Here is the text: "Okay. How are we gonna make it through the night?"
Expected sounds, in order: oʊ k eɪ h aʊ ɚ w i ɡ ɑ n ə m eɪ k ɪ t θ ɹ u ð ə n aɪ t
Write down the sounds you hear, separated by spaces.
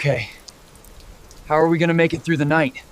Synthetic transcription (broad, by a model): k eɪ h aʊ ɚ w i ɡ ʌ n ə m eɪ k ɪ t θ ɹ u ð ə n aɪ t